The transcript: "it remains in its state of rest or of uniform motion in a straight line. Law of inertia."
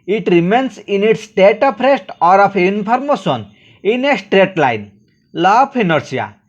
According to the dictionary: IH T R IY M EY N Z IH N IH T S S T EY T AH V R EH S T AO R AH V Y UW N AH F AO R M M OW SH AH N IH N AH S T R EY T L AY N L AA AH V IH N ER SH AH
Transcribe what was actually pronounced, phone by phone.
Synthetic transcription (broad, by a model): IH T R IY M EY N S IH N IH T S S T EY T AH P R EH S T AO R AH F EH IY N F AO R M M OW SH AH N IH N AH S T R EY T L AY N L AA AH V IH N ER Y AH